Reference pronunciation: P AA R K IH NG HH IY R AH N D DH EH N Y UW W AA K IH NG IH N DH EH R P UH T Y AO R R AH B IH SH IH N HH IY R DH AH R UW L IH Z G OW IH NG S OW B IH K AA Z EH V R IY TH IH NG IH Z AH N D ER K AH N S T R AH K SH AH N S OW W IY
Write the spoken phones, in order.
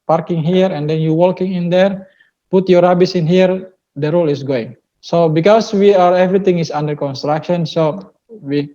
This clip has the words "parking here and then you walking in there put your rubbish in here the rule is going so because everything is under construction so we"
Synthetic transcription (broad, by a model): P AA R K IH NG HH IY R AH N D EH N Y UW W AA K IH NG IH N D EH R P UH T Y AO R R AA B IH S IH N HH IY R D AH R UW L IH S G OW IH NG S OW B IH K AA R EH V R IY T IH NG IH S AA N D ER K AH N S T R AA K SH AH N S OW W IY